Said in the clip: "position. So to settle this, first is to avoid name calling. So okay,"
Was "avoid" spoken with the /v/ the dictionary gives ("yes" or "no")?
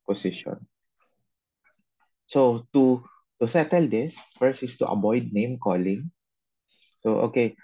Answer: no